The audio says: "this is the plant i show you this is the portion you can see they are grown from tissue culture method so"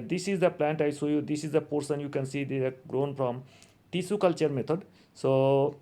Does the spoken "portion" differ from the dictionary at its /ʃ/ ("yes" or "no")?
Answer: yes